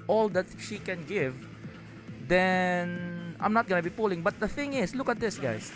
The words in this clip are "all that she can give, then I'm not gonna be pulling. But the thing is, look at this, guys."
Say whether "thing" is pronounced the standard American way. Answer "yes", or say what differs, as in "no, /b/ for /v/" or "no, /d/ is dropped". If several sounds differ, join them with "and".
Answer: yes